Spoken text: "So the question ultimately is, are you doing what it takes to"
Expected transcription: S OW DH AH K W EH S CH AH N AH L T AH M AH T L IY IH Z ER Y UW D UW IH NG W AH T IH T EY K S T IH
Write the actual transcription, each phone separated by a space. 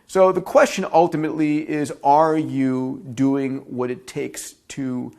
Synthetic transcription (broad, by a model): S OW DH AH K W EH S CH AH N AH L T AH M AH T L IY IH Z ER Y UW D UW IH NG W AH T IH T EY K S T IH